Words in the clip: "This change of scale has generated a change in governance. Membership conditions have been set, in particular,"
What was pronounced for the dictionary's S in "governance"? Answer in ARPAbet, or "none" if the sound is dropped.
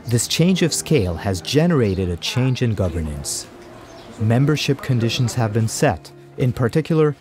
S